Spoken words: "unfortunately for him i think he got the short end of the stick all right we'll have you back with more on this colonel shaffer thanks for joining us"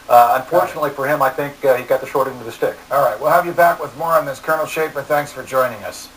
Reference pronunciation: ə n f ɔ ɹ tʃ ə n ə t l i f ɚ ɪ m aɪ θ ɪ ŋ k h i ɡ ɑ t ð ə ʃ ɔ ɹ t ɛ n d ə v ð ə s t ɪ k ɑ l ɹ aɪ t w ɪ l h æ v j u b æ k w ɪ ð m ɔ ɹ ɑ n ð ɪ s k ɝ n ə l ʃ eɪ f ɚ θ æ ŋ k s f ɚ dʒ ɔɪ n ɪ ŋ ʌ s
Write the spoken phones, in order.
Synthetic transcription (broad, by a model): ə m f ɔ ɹ tʃ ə n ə t l i f ɚ ɪ m aɪ θ ɪ ŋ k h i ɡ ɑ t ð ə ʃ ɔ ɹ t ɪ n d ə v ð ə s t ɪ k ɑ l ɹ aɪ t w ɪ l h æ v j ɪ b æ k w ɪ ð m ɔ ɹ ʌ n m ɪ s k ɝ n l ʃ eɪ p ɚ θ æ ŋ k s f ɚ dʒ ɔɪ n ɪ ŋ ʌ s